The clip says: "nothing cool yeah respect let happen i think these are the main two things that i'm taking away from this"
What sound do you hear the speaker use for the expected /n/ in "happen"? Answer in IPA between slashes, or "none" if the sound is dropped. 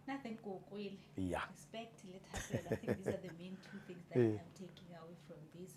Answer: /l/